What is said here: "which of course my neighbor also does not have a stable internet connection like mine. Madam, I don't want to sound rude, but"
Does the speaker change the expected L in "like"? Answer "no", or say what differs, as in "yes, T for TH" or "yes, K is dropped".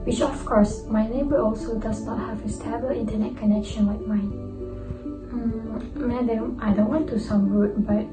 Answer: yes, W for L